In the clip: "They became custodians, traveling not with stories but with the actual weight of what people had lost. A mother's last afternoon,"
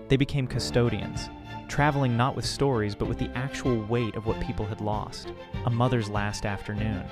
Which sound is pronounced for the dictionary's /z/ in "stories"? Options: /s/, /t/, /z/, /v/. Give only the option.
/z/